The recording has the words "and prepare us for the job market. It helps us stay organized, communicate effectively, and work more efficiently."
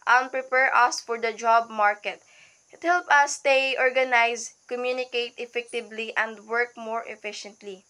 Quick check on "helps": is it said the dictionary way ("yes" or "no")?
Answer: no